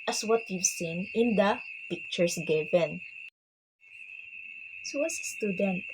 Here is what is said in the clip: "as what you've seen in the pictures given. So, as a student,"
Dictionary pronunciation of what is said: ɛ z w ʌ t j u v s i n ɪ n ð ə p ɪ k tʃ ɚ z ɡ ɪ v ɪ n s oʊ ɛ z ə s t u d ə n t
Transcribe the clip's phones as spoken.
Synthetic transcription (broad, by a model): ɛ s w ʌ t j u v s i n ɪ n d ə p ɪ k tʃ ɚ s ɡ ɪ v ɪ n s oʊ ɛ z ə s t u d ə n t